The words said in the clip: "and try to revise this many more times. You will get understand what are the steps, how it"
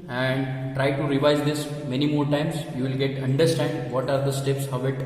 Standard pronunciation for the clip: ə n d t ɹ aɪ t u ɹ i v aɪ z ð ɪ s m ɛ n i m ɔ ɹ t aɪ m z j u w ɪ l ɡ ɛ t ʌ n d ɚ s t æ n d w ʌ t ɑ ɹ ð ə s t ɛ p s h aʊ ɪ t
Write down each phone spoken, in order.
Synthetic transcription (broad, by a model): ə n d t ɹ aɪ t u ɹ i v aɪ z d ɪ s m ɛ n i m ɔ ɹ t aɪ m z j u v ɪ l ɡ ɛ t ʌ n d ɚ s t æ n d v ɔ t ɑ ɹ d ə s t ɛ p s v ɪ t